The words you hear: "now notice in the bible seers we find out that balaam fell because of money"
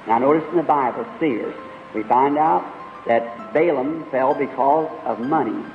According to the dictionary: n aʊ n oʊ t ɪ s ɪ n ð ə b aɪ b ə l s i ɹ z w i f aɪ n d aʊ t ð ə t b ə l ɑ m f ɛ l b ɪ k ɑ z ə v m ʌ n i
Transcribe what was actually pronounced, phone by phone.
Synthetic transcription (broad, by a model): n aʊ n oʊ t ɪ s n ð ə b aɪ b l s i ɹ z w i f aɪ n d aʊ t ð ə t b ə l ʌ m f ɛ l b ɪ k ɑ z ə v m ʌ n i